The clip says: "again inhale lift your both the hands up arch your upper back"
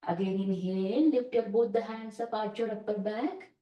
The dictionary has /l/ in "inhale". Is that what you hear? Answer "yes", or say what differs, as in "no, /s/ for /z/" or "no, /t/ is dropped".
no, /n/ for /l/